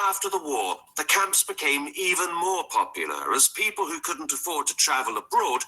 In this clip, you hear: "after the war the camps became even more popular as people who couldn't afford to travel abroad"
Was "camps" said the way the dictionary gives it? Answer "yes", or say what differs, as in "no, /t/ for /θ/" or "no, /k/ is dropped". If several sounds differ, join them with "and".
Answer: yes